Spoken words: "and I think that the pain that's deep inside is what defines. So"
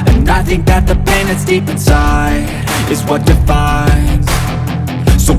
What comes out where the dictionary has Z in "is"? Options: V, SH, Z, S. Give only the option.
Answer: Z